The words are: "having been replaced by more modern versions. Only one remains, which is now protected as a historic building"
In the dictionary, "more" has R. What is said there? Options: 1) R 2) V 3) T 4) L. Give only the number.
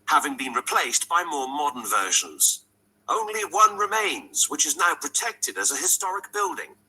1